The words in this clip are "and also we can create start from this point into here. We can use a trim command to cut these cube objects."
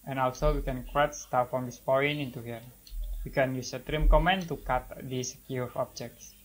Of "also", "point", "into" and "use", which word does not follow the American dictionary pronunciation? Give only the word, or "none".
point